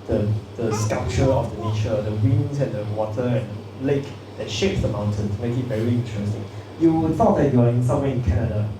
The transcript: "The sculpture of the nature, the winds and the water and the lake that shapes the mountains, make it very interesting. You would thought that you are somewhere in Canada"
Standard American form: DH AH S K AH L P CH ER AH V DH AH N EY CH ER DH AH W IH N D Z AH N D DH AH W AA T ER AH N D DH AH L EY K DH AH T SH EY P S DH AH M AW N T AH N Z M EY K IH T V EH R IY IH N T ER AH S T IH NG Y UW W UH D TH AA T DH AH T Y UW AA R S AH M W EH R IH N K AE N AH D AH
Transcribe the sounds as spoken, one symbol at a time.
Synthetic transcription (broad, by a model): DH AH S K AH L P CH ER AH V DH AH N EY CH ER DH AH W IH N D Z AH N D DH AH W AA T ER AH N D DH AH L EY K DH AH T SH EY P S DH AH M AW N T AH N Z M EY K IH T V EH R IY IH N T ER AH S T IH NG Y UW W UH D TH AA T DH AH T Y UW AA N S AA W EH IH N K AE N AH D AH